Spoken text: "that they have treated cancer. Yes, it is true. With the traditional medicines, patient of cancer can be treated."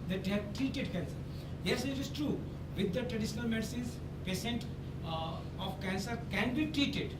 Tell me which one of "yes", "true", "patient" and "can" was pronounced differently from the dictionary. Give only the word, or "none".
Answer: patient